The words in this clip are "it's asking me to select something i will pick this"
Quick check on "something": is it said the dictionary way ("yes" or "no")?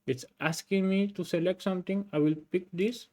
no